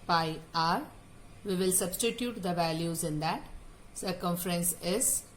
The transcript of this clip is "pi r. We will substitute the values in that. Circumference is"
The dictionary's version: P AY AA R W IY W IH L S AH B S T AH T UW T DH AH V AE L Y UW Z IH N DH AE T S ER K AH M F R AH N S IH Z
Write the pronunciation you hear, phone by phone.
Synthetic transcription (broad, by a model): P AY AA R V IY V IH L S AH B S T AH T UW T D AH V AE L Y UW Z IH N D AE T S ER K AH M F R AH N S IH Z